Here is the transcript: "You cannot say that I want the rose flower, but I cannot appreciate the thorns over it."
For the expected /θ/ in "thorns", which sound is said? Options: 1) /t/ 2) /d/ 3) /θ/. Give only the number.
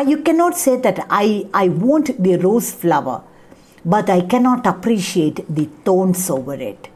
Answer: 1